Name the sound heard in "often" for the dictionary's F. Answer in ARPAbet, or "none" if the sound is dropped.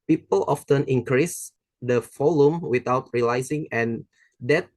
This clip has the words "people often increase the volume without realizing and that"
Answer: F